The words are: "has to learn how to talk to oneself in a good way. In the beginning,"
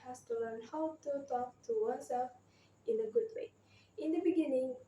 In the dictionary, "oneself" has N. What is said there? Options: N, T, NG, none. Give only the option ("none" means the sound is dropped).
none